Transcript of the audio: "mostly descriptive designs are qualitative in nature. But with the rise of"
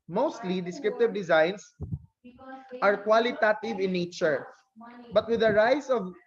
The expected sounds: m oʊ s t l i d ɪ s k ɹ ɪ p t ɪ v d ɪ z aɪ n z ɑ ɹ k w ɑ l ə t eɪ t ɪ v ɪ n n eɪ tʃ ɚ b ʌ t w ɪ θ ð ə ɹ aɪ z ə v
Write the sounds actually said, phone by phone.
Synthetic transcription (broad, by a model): m oʊ s t l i d ɪ s k ɹ ɪ p t ɪ v d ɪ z aɪ n s ɑ ɹ k w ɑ l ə t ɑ t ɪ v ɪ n n eɪ tʃ ɚ b ʌ t w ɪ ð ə ɹ aɪ s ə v